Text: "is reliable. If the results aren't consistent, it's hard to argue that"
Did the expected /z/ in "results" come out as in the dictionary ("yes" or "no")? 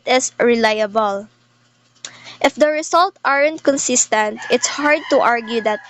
no